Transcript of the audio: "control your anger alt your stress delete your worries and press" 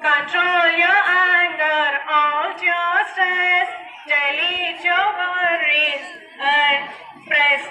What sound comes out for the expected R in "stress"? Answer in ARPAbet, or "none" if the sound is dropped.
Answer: none